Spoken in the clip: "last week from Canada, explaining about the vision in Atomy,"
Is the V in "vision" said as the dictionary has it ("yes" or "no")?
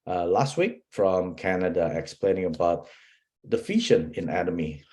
no